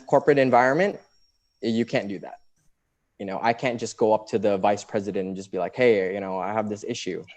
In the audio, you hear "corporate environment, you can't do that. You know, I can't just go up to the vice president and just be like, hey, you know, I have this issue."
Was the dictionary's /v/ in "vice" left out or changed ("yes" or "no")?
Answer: no